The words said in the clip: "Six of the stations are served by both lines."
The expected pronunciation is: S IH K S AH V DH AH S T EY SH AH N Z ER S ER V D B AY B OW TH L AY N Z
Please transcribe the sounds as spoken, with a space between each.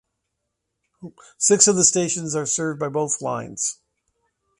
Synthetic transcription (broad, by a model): S IH K S AH V DH AH S T EY SH AH N Z ER S ER V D B AY B OW TH L AY N Z